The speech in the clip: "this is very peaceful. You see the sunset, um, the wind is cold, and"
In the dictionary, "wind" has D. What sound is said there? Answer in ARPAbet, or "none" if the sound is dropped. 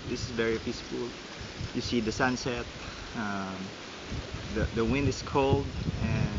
D